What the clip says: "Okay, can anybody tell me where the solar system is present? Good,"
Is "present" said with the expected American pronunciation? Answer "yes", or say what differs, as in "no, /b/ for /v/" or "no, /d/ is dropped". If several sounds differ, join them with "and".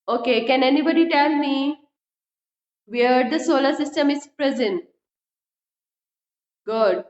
yes